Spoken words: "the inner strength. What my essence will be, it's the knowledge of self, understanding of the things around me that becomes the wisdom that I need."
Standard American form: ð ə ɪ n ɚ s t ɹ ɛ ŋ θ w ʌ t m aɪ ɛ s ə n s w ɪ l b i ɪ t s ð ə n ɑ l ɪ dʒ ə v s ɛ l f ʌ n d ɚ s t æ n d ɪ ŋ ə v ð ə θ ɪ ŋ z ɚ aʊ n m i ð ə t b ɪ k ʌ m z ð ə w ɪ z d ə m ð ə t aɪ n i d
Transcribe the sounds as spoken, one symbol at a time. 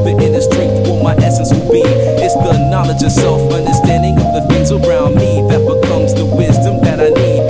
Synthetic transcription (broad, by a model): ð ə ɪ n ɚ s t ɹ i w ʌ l m aɪ ɛ s ə n s w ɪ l b i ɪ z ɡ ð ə n ɑ l ɪ dʒ ə v s ɛ l f ʌ n d ɚ s t æ n d ɪ ŋ ə v ð ə f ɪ z ɚ aʊ n m i ð ə t b ɪ k ʌ m z ð ə w ɪ z d ə m ð ə t aɪ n i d